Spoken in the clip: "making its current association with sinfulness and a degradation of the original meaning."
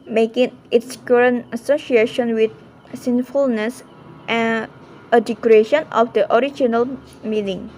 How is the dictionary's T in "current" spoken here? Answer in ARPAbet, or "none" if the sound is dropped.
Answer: none